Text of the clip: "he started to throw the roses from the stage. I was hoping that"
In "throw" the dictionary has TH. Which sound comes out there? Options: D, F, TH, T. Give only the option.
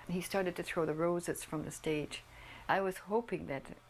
TH